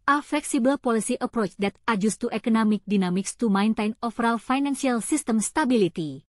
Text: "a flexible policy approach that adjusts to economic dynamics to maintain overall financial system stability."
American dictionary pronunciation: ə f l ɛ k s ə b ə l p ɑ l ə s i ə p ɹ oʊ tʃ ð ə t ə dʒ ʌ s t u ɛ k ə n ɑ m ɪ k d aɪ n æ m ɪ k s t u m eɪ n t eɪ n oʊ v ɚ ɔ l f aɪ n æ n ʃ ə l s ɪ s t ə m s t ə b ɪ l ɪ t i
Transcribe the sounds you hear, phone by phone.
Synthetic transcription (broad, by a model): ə f l ɛ k s ə b ə l p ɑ l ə s i ə p ɹ oʊ tʃ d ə t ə dʒ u s t u ɛ k ə n ɑ m ɪ k d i n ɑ m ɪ k s t u m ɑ n t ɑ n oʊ f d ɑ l f aɪ n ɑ n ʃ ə l s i s t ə m s t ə b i l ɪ t i